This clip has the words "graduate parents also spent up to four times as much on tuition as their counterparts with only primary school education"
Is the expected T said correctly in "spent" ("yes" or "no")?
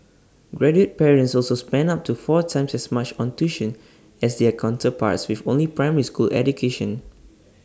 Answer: no